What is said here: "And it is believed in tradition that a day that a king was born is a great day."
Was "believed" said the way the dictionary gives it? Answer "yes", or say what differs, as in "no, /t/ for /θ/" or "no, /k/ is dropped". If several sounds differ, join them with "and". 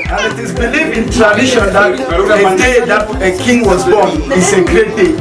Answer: no, /d/ is dropped